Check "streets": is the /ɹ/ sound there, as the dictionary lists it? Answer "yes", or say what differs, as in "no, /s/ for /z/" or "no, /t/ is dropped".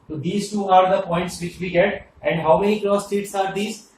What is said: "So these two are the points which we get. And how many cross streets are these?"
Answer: no, /ɹ/ is dropped